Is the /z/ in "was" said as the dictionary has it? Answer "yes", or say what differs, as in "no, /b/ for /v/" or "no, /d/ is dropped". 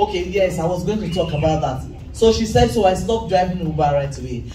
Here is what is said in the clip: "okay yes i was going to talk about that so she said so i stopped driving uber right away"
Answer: yes